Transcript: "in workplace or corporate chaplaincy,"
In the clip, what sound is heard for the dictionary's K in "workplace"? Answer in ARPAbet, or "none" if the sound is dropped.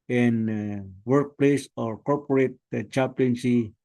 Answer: K